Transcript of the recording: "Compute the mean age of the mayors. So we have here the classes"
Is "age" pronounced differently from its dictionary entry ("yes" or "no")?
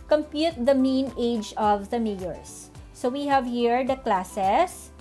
no